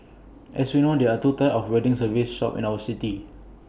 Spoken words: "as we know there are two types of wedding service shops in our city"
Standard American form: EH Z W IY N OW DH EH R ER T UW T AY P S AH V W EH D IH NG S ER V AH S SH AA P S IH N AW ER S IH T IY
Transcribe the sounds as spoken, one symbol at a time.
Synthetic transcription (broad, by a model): EH S W IY N OW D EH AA T UW T AY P AH F W EH D IH NG S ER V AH S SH AA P IH N AW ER S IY T IY